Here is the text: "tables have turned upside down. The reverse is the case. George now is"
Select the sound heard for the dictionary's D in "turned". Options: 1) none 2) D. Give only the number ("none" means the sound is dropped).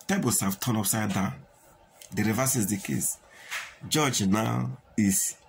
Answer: 1